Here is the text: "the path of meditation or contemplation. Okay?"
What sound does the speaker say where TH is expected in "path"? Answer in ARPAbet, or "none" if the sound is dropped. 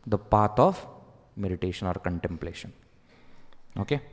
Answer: T